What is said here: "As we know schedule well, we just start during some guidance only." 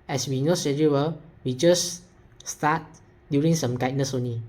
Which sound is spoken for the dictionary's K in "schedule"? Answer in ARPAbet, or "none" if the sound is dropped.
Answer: none